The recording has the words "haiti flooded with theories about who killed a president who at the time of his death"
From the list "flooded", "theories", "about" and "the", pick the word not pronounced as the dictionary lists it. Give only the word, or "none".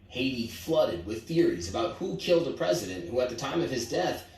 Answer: none